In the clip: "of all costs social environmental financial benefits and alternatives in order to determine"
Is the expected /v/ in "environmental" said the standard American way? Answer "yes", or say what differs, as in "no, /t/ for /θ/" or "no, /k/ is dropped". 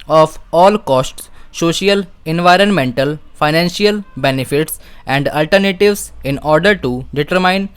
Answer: yes